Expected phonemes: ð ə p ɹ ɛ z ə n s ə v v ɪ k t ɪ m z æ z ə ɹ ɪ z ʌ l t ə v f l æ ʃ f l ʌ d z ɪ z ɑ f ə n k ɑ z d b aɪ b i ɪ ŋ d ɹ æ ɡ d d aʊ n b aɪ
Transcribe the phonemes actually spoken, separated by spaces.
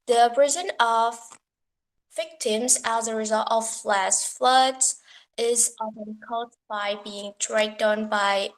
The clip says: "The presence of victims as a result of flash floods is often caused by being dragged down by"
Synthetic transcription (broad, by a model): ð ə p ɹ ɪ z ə n ə v v ɪ k t ɪ m z æ z ə ɹ ɪ z ʌ l t ə v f l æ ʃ f l ʌ d z ɪ z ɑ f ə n k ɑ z b aɪ b i ɪ ŋ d ɹ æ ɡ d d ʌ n b aɪ